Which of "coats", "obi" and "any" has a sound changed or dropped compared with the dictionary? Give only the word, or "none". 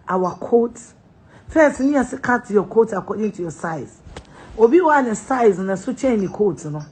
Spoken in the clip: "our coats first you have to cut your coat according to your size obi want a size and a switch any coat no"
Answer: coats